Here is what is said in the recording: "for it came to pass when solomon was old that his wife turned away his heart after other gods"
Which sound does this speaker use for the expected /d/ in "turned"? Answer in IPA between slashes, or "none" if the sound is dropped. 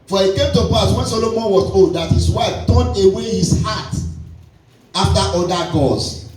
none